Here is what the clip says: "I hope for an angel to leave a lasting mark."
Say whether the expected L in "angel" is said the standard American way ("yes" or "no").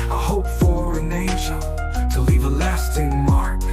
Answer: no